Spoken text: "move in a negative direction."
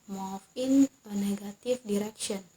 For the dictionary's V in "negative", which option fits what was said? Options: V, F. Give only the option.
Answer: F